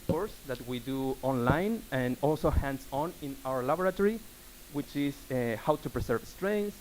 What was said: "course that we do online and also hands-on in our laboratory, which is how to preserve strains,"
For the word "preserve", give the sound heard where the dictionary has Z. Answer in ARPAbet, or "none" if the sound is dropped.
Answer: S